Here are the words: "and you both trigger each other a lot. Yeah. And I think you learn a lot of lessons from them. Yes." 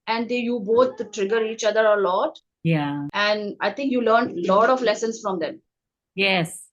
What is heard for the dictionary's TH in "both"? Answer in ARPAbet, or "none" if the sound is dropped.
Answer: T